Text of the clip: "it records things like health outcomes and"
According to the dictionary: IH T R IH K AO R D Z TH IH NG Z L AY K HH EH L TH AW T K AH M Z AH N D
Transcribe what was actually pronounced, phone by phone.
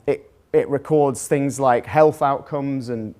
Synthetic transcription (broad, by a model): IH T R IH K AO D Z TH IH NG Z L AY K HH EH L TH AW T K AH M Z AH N